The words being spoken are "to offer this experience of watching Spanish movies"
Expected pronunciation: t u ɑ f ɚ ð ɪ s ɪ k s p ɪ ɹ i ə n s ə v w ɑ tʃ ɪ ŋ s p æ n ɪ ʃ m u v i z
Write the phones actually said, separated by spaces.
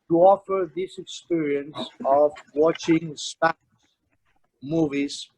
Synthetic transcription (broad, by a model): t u ɑ f ɚ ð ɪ s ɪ k s p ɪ ɹ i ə n s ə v w ɑ tʃ ɪ ŋ s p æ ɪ m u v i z